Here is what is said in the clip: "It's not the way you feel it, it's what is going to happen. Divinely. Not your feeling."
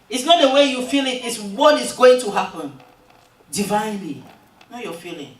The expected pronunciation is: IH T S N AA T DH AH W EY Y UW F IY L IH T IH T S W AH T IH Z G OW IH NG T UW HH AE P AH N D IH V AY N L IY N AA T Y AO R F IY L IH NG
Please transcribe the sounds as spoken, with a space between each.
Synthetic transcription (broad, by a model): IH T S N AA T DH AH W EY Y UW F IY L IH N IH T S W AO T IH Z G OW IH NG T UW HH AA P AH N D IH V AY N L IY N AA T Y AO F IY L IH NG